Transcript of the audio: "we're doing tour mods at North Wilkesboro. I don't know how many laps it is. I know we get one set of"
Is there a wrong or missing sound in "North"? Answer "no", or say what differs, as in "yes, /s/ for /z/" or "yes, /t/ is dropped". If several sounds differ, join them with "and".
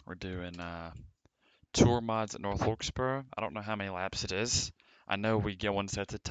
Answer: no